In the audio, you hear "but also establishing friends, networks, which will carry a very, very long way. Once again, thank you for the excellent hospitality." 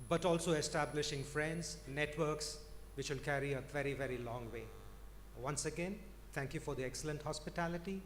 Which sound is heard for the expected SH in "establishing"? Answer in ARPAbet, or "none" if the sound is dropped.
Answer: SH